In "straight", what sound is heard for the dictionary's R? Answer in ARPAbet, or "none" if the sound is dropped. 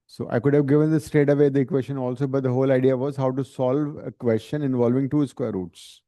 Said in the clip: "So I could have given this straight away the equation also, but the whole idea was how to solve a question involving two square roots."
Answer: none